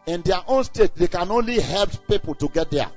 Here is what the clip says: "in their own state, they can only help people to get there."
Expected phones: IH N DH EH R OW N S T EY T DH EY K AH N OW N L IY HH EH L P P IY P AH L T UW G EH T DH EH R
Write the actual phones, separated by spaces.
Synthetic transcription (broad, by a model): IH N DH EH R OW N S T EY T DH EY K AH N OW N L IY HH EH L P P IY P AH L T UW G EH T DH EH